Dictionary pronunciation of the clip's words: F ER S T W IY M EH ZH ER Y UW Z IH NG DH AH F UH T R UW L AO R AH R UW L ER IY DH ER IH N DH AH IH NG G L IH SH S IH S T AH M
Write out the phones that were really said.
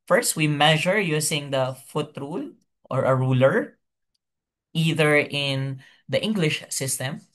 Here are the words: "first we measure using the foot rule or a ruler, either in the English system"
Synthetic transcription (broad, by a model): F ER S T W IY M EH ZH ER Y UW S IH NG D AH F UH T R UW L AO R AH R UW L ER IY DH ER IH N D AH IH NG G L IH SH S IH S T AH M